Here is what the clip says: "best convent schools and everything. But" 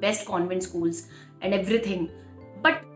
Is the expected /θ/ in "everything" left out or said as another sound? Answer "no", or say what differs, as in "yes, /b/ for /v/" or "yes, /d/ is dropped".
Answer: yes, /t/ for /θ/